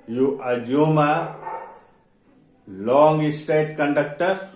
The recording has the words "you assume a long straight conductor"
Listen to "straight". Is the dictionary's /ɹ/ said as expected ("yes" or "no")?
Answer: no